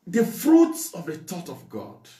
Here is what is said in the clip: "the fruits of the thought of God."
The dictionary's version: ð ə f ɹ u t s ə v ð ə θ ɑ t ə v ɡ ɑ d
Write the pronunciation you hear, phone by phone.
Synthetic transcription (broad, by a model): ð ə f ɹ u t s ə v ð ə t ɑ t ə v ɡ ɑ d